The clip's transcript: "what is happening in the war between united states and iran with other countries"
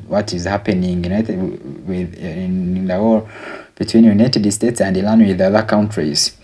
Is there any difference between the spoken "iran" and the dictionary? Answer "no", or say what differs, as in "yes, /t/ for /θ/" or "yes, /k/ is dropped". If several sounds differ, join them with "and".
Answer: yes, /l/ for /ɹ/